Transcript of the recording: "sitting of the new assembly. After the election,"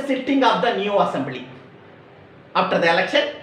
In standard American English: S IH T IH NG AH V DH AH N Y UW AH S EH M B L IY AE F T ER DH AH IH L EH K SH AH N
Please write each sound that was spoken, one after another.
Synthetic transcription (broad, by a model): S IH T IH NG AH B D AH N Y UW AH S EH M B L IY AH P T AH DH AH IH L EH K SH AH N